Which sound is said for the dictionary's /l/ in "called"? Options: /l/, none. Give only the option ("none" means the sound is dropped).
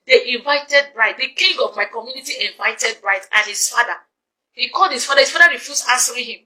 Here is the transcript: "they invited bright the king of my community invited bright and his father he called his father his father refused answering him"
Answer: /l/